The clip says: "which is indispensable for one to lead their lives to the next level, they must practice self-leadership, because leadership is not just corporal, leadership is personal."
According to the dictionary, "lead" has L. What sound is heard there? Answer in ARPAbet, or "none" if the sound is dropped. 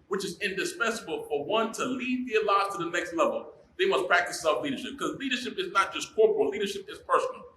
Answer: L